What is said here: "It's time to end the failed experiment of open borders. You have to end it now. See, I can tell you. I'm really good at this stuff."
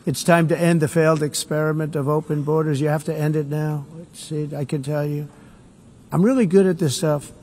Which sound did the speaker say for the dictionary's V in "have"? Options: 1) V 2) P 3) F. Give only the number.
3